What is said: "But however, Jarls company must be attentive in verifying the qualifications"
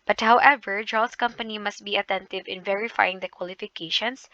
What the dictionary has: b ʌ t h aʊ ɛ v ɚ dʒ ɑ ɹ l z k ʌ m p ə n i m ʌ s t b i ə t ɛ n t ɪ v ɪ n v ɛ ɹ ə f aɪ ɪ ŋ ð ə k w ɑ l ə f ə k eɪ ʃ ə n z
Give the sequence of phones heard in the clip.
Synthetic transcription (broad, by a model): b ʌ t h aʊ ɛ v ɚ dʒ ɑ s k ʌ m p ə n i m ʌ s t b i ə t ɛ n t ɪ v ɪ n v ɛ ɹ ə f aɪ ɪ ŋ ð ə k w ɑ l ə f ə k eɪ ʃ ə n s